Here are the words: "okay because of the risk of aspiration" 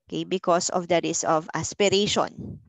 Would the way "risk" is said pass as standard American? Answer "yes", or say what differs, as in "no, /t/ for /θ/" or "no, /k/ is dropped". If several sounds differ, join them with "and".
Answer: no, /k/ is dropped